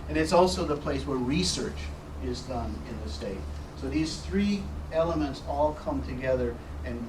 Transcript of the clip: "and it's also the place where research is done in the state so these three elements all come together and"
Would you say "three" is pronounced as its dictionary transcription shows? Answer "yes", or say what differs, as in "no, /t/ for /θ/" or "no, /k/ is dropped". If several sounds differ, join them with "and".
yes